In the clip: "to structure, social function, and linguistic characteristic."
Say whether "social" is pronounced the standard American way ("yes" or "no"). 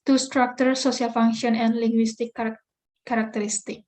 no